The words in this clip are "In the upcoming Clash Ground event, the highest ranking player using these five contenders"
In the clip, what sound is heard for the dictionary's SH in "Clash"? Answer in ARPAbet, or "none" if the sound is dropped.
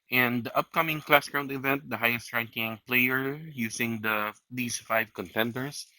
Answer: S